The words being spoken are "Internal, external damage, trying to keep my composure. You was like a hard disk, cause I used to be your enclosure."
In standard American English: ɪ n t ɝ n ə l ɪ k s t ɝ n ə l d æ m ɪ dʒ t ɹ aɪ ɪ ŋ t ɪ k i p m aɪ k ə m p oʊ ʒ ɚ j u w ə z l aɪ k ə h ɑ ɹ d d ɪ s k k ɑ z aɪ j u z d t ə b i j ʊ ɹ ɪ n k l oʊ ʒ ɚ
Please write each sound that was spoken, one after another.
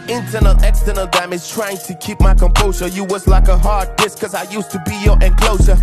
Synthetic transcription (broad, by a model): ɪ n t ɝ n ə l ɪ k s t ɝ n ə l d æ m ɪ z t ɹ aɪ ɪ ŋ t ɪ k i p m aɪ k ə m p oʊ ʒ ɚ j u w ə z l aɪ k ə h ɑ ɹ d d ɪ s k k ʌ z aɪ j u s t ə b i j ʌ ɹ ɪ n k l oʊ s ɚ